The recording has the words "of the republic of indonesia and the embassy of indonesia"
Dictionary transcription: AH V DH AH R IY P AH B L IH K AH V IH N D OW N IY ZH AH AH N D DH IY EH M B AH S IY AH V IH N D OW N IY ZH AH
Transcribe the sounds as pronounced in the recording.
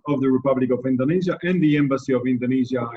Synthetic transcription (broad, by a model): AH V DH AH R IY P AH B L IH K AH V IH N D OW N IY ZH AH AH N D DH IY EH M B AH S IY AH V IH N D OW N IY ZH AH